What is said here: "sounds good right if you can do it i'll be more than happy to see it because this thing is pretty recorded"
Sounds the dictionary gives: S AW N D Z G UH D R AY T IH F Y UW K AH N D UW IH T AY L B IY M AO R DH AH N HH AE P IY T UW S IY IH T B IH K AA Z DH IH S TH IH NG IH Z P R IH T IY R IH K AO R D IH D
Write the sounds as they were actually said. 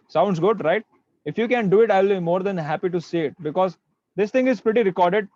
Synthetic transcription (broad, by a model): S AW N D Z G UH D R AY T IH F Y UW K AH N D UW IH T AY L B IY M AO R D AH N HH AE P IY T UW S IY IH T B IH K AA Z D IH S T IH NG IH Z P R IH T IY R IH K AO R D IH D